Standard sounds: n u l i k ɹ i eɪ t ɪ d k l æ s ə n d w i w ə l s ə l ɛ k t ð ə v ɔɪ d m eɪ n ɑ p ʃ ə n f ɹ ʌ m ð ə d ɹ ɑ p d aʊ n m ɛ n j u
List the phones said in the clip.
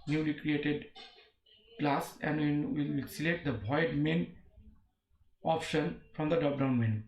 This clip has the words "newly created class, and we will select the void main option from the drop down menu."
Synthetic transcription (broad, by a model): n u l i k ɹ i eɪ t ɪ d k l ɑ s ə n d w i w ə l s ə l ɛ k t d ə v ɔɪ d m eɪ n ɑ p ʃ ə n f ɹ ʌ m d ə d ɑ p d aʊ n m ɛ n